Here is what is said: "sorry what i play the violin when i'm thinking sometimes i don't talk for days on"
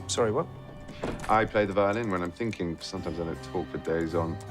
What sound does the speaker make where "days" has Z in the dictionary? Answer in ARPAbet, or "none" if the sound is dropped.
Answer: Z